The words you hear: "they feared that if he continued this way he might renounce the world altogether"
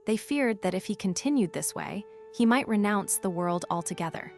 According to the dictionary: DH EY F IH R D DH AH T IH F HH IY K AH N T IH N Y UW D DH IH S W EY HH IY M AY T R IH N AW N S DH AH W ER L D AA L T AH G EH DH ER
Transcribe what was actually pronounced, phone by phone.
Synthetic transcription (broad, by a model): DH EY F IH R D DH AH T IH F HH IY K AH N T IH N Y UW D DH IH S W EY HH IY M AY T R IH N AW N S DH AH W ER L D AA L T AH G EH DH ER